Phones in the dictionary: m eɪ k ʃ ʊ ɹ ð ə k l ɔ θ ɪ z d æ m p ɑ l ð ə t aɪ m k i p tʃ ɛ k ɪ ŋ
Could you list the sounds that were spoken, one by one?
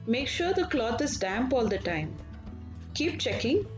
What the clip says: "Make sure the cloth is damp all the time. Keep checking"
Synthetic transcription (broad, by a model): m eɪ k ʃ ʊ ɹ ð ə k l ɔ t ɪ z d æ m p ɑ l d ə t aɪ m k i p tʃ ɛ k ɪ ŋ